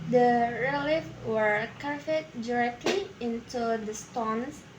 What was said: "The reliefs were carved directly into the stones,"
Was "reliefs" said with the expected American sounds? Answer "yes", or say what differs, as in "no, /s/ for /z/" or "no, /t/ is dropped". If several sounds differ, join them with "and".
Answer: no, /s/ is dropped